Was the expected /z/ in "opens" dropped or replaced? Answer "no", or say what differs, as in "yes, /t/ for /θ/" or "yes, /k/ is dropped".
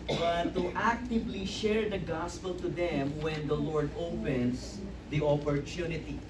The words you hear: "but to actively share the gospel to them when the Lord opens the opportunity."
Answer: yes, /s/ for /z/